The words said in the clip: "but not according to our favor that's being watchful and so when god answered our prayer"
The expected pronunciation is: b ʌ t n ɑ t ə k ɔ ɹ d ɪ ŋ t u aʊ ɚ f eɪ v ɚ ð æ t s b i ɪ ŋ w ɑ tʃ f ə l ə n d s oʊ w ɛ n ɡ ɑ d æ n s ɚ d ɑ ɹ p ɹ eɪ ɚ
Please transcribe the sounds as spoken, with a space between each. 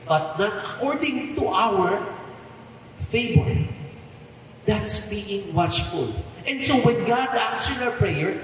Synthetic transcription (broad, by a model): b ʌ t n ɑ t ə k ɔ ɹ d ɪ ŋ t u aʊ ɚ f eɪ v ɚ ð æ t s b i ɪ ŋ w ɑ tʃ f ə l ə n d s oʊ w ɛ n ɡ ɑ d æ n s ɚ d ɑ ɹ p ɹ eɪ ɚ